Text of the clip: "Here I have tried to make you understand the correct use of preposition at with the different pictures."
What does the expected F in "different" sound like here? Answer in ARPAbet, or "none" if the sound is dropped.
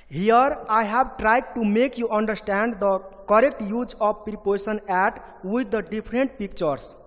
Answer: P